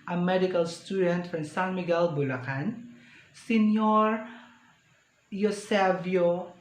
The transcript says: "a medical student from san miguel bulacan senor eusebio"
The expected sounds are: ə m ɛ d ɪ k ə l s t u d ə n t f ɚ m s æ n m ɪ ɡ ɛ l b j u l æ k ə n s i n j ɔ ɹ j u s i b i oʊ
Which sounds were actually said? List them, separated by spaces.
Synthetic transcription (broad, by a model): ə m ɛ d ɪ k ə l s t u d ə n t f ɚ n s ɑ l m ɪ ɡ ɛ l b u l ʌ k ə n s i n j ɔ ɹ j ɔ s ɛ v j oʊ